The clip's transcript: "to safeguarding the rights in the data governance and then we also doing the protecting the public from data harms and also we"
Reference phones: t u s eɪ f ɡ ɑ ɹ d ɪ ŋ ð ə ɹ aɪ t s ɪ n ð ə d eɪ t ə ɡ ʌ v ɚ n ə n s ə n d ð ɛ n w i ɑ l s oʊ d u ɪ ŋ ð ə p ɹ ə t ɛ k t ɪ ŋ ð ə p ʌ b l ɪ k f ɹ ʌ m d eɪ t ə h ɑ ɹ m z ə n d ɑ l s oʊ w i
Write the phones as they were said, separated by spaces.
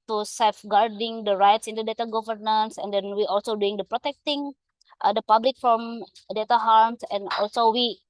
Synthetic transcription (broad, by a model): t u s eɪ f ɡ ɑ ɹ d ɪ ŋ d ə ɹ aɪ t s ɪ n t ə d eɪ t ə ɡ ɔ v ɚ n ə n s ə n d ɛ n w i ɑ l s oʊ d u ɪ ŋ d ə p ɹ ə t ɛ k t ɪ ŋ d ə p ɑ b l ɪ k f ɹ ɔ m d eɪ t ə h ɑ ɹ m s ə n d ɑ l s oʊ w i